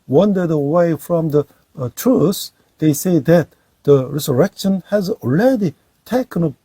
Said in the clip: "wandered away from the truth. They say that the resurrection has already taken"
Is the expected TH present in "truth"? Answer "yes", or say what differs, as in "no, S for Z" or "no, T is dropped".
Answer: no, S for TH